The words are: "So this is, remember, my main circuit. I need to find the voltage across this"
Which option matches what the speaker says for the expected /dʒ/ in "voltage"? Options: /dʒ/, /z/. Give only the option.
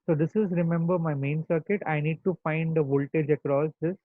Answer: /dʒ/